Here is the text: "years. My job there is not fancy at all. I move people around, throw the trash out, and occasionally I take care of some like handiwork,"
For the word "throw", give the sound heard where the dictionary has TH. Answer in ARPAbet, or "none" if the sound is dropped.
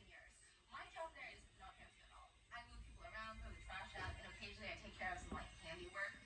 F